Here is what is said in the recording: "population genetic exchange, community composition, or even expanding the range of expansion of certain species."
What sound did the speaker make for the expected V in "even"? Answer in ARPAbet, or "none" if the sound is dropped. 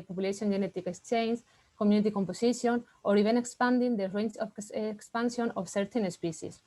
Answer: B